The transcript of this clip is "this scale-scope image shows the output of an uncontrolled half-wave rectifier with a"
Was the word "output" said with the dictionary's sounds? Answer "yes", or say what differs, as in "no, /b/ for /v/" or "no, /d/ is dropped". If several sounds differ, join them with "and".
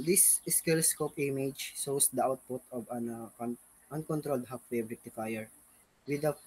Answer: yes